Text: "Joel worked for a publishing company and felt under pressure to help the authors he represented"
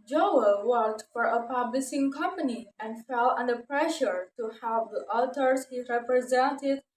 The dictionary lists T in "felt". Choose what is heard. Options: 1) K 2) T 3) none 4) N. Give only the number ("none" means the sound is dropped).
3